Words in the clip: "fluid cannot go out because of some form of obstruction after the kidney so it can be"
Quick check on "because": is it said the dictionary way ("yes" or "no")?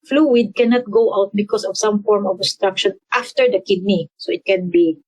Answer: no